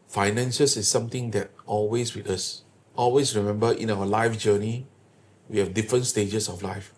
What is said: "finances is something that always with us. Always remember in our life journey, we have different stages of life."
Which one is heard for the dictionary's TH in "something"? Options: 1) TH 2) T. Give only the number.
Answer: 2